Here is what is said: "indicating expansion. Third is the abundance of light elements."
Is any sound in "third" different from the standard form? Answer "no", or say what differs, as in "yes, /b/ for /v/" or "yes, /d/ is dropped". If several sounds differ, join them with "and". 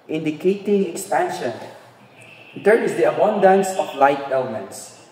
yes, /t/ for /θ/ and /d/ is dropped